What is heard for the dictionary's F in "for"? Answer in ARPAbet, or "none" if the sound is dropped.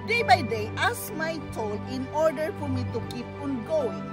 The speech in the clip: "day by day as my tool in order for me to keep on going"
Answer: F